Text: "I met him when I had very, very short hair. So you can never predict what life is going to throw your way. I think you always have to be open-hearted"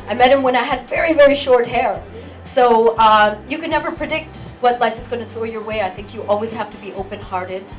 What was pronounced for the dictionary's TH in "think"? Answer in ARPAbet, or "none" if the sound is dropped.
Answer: TH